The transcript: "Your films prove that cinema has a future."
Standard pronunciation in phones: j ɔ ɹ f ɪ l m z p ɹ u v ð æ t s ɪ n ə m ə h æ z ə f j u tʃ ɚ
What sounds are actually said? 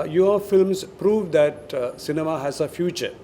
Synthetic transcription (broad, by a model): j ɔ f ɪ l m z p ɹ u v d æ t s ɪ n ə m ə h æ z ə f j u tʃ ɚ